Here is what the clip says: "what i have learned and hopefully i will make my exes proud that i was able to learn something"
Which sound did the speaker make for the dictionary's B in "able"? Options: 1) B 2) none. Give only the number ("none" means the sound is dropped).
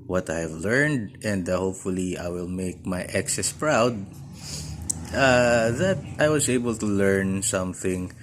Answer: 1